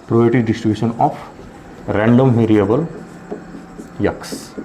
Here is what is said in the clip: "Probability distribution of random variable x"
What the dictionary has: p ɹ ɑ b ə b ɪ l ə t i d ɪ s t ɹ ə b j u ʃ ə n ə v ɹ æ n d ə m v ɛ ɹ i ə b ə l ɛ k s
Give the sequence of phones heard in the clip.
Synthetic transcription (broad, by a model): p ɹ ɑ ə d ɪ t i d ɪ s t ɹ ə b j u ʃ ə n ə p ɹ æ n d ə m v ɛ ɹ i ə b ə l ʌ k s